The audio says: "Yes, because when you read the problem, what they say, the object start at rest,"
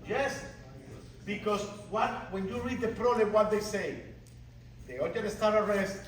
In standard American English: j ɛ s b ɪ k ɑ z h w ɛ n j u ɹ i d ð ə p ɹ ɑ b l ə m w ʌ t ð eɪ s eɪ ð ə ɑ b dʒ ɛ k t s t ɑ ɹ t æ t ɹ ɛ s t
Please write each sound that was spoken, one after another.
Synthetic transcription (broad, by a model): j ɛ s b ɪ k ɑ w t w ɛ n j u ɹ i d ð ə p ɹ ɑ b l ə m w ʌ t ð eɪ s eɪ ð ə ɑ dʒ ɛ t s t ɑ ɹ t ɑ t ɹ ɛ s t